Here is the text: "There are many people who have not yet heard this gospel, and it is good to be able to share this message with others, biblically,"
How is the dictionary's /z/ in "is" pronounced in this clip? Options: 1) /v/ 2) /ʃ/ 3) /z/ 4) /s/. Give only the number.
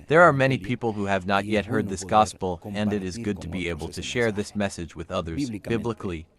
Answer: 3